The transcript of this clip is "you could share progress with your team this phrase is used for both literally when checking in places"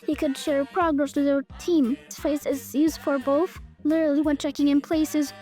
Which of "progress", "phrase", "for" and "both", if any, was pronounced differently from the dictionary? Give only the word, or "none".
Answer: phrase